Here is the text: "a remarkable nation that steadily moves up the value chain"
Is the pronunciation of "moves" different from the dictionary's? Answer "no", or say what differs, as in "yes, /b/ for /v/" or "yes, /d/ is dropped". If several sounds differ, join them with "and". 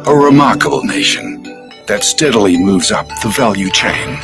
no